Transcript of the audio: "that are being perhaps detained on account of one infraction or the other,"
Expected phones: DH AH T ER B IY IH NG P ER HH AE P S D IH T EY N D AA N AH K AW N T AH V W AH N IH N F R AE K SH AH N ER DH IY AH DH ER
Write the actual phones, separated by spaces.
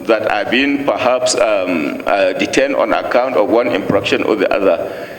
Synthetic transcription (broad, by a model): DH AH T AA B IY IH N P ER HH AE P S D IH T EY N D AA N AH K AW N T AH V W AH N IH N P R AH K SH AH N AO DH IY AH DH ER